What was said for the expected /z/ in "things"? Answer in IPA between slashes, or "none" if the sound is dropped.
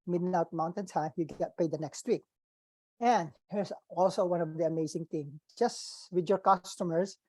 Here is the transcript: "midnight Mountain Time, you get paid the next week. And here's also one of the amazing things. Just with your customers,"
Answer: none